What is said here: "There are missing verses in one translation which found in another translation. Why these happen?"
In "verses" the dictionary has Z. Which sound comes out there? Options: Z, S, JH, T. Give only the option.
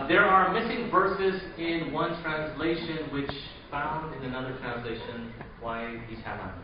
Z